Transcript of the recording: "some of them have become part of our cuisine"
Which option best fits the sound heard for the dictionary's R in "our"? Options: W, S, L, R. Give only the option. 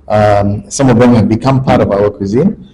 W